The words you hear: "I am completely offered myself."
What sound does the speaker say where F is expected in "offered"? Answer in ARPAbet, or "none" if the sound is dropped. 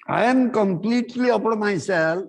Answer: P